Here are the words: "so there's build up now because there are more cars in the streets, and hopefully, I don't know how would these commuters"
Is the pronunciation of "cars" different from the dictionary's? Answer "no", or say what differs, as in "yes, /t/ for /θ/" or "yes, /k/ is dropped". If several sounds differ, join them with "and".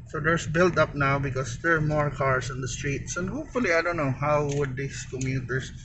yes, /s/ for /z/